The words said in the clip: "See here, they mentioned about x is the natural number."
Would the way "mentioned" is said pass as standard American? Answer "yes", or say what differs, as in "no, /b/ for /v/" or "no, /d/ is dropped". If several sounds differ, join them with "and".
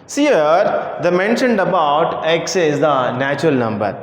yes